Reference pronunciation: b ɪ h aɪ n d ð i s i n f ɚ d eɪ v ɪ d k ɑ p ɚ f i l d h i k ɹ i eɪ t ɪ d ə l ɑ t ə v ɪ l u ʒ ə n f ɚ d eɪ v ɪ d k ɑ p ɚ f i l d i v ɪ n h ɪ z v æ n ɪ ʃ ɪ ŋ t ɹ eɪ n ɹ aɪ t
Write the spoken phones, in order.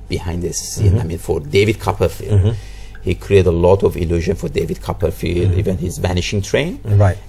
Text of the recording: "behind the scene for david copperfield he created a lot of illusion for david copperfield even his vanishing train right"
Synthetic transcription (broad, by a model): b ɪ h aɪ n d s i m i n f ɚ d eɪ v ɪ d k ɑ p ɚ f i l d h i k ɹ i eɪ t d ə l ɑ t ə v ɪ l u ʒ ə n f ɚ d eɪ v ɪ d k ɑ p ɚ f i l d i v ɪ n h ɪ z v æ n ɪ ʃ ɪ ŋ t ɹ eɪ n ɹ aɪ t